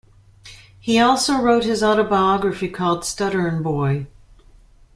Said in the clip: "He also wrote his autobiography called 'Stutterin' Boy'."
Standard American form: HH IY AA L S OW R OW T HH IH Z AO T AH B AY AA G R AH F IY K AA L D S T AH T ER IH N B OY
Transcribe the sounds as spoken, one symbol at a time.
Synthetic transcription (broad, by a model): HH IY AA L S OW R OW T HH IH Z AO T AH B AY AA G R AH F IY K AA L D S T AH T ER N B OY